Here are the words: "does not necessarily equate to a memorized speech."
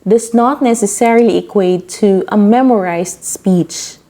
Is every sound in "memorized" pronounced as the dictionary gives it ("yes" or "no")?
no